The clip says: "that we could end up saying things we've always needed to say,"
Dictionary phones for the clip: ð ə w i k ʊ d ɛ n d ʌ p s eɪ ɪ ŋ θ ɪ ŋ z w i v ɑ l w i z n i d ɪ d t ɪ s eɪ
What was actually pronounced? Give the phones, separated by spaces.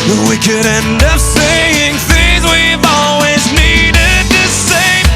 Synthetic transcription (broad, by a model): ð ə w i k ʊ d ɛ n d ʌ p s eɪ ɪ ŋ θ ɪ ŋ z w i v ɑ l w i z n i d ɪ d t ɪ s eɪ